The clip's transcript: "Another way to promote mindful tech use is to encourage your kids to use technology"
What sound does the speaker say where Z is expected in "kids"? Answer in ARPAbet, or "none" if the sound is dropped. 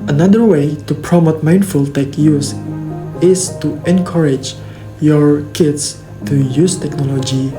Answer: S